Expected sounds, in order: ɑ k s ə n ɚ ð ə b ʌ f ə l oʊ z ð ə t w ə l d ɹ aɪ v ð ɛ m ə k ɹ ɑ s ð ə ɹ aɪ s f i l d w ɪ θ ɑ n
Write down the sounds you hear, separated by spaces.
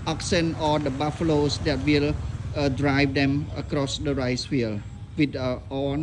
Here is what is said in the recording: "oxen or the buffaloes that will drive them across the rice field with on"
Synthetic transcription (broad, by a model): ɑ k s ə n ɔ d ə b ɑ f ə l oʊ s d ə t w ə l d ɹ aɪ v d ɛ m ə k ɹ ɑ s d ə ɹ aɪ s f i l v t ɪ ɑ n